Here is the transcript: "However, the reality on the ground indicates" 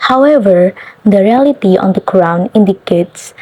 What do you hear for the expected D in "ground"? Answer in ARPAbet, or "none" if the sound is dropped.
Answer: none